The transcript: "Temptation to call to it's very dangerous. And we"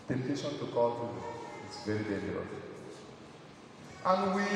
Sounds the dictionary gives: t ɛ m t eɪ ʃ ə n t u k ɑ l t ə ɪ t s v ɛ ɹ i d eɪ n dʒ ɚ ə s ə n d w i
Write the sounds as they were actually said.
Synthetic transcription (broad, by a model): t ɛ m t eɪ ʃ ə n t u k ɑ l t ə ɪ t s v ɛ ɹ i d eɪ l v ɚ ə ə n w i